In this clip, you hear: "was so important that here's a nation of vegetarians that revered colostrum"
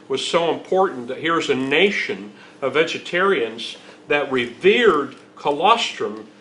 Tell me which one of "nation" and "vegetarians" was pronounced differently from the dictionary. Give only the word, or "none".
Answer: none